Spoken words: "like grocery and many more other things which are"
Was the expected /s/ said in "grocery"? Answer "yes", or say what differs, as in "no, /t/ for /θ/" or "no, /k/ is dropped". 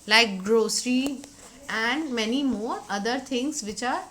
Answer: yes